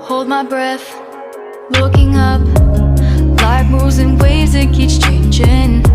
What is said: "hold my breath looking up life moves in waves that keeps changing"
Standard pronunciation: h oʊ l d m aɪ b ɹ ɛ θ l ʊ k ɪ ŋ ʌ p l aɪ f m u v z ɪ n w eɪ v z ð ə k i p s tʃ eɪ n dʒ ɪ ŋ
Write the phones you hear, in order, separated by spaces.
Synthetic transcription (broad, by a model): h oʊ l d m aɪ b ɹ ɛ θ l ʊ k ɪ ŋ ʌ p l aɪ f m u z ɪ n w eɪ z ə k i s tʃ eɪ n dʒ ɪ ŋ